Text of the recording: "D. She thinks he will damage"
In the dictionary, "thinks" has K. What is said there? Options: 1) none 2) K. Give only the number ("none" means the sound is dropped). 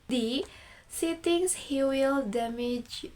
1